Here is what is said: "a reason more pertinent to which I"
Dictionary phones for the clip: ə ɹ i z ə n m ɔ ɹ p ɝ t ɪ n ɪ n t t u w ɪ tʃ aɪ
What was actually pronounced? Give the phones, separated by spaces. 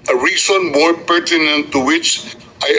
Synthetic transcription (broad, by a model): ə ɹ i s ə n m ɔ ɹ p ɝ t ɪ n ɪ n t t u w ɪ tʃ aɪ